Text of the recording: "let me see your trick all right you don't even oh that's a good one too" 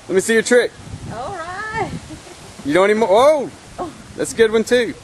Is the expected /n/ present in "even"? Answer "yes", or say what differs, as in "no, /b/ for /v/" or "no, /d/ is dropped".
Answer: no, /n/ is dropped